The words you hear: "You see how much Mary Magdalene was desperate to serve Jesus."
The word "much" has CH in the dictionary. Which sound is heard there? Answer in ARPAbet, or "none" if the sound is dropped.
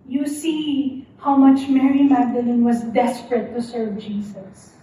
CH